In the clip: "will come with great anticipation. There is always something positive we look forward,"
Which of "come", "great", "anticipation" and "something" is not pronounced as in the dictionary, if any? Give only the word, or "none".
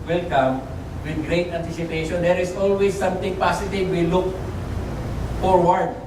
something